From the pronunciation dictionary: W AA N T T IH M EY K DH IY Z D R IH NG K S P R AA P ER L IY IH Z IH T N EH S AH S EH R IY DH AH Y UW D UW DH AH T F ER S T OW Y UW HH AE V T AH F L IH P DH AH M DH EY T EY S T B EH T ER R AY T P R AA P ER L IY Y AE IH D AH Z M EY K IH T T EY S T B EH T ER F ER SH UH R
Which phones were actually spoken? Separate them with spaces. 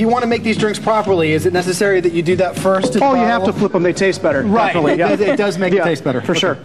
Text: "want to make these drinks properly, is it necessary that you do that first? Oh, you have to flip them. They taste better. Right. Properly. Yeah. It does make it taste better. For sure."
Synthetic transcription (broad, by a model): W AA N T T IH M EY K DH IY Z D R IH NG K S P R AA P ER L IY IH Z IH T N EH S AH S EH R IY DH AH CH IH D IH DH AH T F ER S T OW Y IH HH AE T AH F L IH P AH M DH EY T EY S T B EH T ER R R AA IH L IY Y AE IH D AH Z M EY IH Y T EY S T B EH T ER F ER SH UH R